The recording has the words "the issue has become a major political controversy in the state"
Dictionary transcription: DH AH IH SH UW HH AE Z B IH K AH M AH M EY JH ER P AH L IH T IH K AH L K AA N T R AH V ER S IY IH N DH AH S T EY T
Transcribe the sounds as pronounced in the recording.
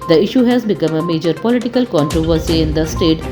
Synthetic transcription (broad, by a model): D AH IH SH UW HH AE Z B IH K AH M AH M EY JH ER P AH L IH T IH K AH L K AA N T R AH V ER S IY IH N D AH S T EY T